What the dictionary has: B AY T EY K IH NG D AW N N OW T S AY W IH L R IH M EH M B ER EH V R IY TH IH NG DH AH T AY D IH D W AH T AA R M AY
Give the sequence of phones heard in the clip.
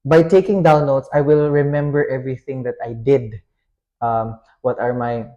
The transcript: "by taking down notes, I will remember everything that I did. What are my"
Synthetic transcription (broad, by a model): B AY T EY K IH NG D AW N L OW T S AY W IH L R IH M EH M B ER EH V R IY TH IH NG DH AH T AY D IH D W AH T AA R M AY